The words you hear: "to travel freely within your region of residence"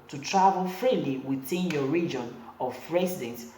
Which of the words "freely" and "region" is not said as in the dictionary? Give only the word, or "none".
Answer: none